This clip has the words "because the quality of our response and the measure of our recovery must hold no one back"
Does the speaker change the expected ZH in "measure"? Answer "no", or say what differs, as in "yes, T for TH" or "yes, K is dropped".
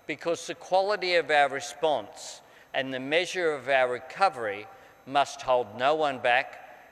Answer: no